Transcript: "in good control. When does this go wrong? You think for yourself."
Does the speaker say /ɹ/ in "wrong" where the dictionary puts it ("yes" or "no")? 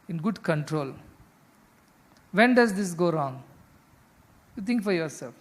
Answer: yes